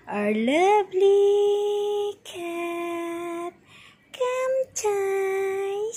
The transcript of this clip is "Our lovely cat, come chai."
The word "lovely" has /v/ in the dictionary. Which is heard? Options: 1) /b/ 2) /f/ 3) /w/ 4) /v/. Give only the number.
1